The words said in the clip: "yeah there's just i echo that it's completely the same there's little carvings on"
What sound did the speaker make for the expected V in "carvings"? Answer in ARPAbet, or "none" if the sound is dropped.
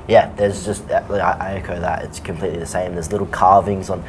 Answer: V